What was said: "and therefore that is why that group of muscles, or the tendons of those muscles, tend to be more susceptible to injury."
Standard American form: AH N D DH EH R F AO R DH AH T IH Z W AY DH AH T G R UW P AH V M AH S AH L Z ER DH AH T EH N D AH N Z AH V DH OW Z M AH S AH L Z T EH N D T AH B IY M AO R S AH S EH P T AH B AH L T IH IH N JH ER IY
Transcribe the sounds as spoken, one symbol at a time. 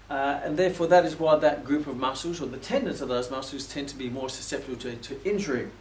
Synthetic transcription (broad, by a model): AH N DH EH R F AO R DH AH T IH Z W AY DH AH T G R UW P AH V M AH S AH L Z ER DH AH T EH N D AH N S AH V DH OW Z M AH S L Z T EH N T AH B IY M AO R S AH S EH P T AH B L T IH IH N JH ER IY